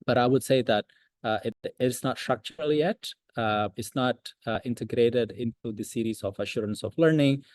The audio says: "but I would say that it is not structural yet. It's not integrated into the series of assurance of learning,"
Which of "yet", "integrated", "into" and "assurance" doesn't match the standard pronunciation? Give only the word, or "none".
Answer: none